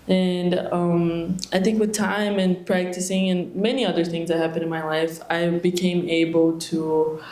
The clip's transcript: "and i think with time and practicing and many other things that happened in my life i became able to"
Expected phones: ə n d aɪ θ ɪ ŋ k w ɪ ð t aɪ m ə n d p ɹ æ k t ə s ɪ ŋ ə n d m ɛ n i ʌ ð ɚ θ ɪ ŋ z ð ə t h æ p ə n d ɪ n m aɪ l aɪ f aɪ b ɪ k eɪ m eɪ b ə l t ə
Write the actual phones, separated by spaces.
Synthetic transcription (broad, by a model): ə n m aɪ θ ɪ ŋ k w ɪ ð t aɪ m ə n p ɹ æ k t ə s ɪ ŋ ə n m ɛ n i ʌ ð ɚ θ ɪ ŋ z ð ə t h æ p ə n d ɪ n m aɪ l aɪ f aɪ b ɪ k eɪ m eɪ b l t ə